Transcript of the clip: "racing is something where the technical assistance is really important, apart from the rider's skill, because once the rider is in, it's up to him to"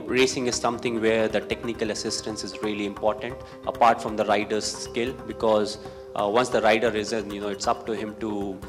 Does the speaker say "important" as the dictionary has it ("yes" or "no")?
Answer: yes